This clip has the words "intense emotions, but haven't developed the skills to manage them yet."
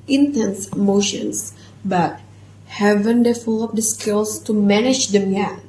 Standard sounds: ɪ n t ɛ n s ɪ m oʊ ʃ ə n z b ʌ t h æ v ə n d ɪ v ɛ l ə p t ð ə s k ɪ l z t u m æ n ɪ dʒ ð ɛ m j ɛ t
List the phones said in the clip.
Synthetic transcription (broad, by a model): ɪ n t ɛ n s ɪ m oʊ ʃ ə n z b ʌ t h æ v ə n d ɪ f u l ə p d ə s k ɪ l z t u m æ n ɪ dʒ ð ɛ m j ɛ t